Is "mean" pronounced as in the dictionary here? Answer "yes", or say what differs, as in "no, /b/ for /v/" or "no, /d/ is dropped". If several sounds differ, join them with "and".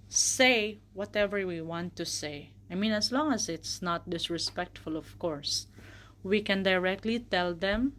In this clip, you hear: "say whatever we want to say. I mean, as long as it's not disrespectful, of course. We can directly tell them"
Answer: yes